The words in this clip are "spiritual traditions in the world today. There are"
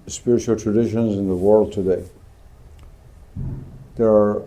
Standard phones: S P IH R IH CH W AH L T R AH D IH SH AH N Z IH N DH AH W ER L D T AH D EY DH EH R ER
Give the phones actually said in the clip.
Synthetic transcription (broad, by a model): S P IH R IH CH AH L T R AH D IH SH AH N Z IH N DH AH W ER L D T AH D EY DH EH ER